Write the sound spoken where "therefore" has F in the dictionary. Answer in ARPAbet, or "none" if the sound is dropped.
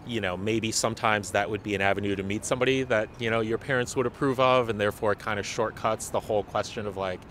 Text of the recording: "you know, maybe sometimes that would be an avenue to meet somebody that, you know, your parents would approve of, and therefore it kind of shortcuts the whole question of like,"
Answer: F